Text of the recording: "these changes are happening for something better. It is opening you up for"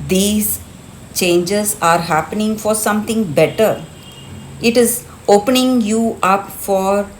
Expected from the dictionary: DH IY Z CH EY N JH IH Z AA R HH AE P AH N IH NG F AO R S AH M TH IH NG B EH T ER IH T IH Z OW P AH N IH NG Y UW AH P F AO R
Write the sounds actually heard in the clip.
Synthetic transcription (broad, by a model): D IY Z CH EY N JH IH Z AA R HH AE P AH N IH NG F AO R S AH M T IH NG B EH T ER IH T IH Z OW P AH N IH NG Y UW AH P F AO R